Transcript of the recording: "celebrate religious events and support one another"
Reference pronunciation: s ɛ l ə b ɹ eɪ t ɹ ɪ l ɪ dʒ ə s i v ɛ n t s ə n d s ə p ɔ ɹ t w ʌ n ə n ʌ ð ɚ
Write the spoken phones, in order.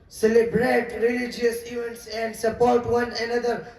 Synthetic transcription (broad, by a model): s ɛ l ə b ɹ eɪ t ɹ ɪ l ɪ dʒ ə s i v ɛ n t s ə n d s ə p ɔ ɹ t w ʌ n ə n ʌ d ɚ